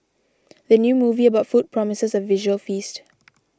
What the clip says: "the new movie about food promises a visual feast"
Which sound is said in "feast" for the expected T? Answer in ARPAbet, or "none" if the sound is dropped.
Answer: T